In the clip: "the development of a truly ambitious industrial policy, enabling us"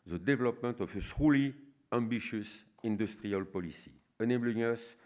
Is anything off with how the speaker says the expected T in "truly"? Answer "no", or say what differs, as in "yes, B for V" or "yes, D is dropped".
yes, S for T